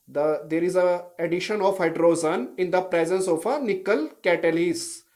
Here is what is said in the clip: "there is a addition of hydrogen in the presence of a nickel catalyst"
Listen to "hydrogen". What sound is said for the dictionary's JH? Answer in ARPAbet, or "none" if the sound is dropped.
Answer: Z